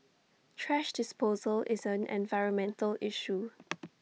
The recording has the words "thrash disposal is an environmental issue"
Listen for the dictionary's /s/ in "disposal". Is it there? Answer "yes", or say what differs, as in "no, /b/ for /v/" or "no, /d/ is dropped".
yes